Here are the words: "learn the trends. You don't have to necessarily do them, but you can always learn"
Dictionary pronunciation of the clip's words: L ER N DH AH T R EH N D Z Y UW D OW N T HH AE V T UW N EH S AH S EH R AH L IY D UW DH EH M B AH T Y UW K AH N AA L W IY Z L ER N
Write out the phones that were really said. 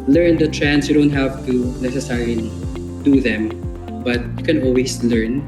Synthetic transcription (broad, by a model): L ER N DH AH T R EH N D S Y UW D OW N T HH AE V T UW N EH S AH S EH R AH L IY D UW DH EH M B AH T Y UW K AH N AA L W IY S L ER N